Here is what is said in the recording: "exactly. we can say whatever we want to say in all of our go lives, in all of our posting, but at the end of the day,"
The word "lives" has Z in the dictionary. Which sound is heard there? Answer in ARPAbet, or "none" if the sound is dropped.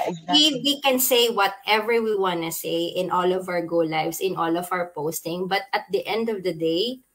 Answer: S